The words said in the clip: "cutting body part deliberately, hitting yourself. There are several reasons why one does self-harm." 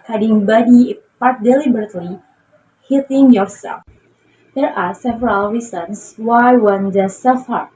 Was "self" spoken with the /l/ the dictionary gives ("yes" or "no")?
no